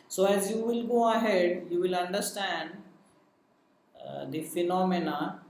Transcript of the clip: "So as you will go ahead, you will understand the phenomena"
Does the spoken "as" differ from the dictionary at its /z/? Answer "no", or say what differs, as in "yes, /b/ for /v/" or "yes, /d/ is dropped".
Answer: no